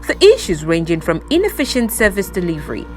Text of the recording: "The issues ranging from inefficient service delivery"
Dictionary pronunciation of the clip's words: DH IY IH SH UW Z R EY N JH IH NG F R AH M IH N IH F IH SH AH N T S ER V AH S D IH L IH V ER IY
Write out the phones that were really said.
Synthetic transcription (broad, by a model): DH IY IH SH UW Z R EY N JH IH NG F R AH M IH N IH F IH SH AH N T S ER V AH S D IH L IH V ER IY